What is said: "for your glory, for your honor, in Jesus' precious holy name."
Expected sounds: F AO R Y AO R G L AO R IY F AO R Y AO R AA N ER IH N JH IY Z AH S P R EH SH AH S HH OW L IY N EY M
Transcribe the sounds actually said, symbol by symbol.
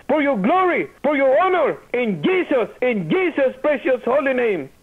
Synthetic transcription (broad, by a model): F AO R Y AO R G L AO R IY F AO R Y AO R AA N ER IH N JH IY S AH S P R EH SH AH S HH OW L IY N EY M